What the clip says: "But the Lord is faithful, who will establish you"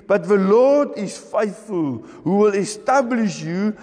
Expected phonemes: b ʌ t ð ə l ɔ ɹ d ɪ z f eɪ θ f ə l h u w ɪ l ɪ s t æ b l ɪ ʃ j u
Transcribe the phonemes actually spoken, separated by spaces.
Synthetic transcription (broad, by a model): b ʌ t ð ə l ɔ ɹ d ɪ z f eɪ θ f ə l h u w ɪ l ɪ s t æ b l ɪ ʃ j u